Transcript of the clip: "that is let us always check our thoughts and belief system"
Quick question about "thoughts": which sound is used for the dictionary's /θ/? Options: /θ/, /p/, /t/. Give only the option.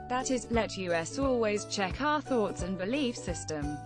/θ/